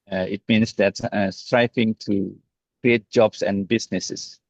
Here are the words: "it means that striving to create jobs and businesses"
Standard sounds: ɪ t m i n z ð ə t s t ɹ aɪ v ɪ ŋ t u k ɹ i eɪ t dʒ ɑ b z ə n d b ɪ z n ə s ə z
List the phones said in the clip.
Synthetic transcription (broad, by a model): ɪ t m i n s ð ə t s t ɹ aɪ f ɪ ŋ t u k ɹ i eɪ t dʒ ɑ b s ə n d b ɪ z n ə s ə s